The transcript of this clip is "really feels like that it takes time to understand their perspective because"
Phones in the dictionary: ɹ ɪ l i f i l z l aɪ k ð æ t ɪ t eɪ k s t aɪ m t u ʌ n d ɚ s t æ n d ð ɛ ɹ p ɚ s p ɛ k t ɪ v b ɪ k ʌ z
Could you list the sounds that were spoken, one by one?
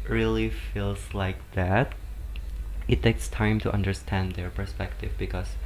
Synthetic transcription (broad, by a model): ɹ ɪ l i f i l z l aɪ k ð æ t ɪ t eɪ k s t aɪ m t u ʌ n d ɚ s t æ n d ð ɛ ɹ p ɚ s p ɛ k t ɪ v b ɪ k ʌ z